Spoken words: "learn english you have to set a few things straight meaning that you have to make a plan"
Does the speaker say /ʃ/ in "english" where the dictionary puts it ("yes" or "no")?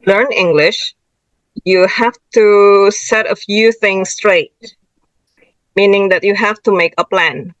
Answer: yes